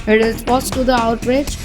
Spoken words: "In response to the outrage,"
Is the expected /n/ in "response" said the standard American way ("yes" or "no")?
no